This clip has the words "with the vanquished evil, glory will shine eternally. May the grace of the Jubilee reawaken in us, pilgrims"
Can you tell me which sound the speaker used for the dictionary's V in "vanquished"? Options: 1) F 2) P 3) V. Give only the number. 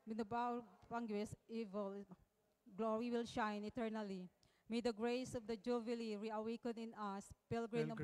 2